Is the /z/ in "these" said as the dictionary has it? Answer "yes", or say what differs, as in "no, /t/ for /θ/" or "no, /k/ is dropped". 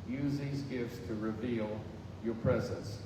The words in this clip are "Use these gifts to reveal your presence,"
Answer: yes